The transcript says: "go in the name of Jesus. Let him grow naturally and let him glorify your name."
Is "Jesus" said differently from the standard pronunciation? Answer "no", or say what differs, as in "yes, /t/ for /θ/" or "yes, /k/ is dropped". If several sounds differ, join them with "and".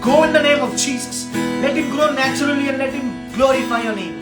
yes, /tʃ/ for /dʒ/ and /s/ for /z/